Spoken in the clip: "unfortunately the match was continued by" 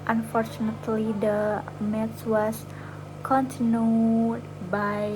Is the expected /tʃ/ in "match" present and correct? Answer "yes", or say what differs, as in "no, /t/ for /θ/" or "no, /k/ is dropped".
no, /s/ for /tʃ/